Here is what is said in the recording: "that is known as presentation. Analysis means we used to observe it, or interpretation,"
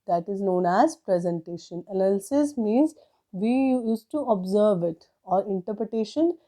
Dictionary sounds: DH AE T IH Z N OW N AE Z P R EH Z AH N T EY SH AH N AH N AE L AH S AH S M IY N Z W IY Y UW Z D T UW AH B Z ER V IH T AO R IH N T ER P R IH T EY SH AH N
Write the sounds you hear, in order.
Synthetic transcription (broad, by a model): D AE T IH Z N OW N AE Z P R EH Z AH N T EY SH AH N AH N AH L S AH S M IY N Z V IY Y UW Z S T UW AH B Z ER V IH T AO R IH N T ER P R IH T EY SH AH N